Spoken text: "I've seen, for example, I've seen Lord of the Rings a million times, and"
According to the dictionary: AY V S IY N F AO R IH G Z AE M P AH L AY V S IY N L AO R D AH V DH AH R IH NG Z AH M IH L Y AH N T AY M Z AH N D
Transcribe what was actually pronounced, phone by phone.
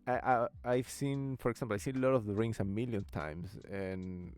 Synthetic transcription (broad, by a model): AY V S IY N F AO R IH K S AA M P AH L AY S IY N L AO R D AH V DH AH R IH NG S AH M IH L Y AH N T AY M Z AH N